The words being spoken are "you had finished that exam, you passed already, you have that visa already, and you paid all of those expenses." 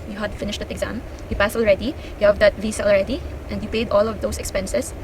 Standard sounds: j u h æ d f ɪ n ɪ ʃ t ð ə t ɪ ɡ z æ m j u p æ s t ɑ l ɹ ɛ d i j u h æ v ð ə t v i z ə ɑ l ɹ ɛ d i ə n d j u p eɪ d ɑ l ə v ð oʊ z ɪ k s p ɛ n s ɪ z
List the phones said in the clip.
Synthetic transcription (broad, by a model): j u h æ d f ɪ n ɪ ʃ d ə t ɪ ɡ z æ m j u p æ s ɑ l ɹ ɛ d i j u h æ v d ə t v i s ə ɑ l ɹ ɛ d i ə n d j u p eɪ d ɑ l ə v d oʊ s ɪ k s p ɛ n s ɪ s